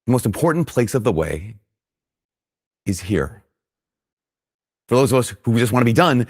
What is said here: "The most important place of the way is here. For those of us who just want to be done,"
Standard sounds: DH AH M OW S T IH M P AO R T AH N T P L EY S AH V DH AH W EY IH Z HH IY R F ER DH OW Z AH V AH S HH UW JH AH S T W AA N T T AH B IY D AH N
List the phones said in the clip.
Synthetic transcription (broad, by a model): DH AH M OW S T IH M P AO R T N P L EY S AH V DH AH W EY IH Z HH IY R F ER DH OW Z AH V AH S HH UW JH AH S T W AA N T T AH B IY D AH N